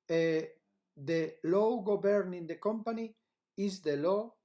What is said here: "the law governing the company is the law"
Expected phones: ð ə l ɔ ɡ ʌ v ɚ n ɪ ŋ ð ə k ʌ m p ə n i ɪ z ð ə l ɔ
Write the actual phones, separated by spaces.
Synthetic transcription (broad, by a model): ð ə l ɔ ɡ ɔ b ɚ n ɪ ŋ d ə k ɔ m p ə n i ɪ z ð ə l ɔ